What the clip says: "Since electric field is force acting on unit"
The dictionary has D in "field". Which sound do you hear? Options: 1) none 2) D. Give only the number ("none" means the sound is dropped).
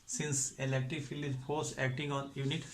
1